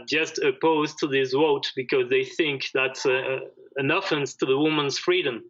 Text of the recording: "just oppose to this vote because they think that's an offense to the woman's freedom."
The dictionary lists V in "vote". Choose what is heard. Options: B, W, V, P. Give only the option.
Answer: W